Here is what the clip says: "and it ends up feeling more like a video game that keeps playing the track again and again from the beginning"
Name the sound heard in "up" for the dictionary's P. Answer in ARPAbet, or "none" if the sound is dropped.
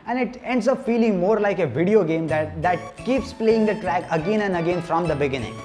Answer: F